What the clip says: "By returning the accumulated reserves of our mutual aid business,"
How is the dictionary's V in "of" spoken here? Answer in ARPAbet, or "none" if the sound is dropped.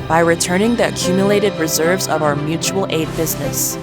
V